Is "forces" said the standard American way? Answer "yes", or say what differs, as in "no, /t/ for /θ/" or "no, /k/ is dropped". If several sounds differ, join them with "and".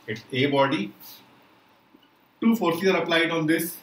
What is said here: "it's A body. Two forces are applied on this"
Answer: no, /z/ is dropped